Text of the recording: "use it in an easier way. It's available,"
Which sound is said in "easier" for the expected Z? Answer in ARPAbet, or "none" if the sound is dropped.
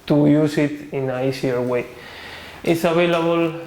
S